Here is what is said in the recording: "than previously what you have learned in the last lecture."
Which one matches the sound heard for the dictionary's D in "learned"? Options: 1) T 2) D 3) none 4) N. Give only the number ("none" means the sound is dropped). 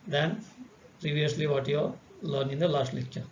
3